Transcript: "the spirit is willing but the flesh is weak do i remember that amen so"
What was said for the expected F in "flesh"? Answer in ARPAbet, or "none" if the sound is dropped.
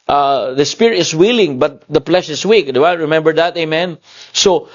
P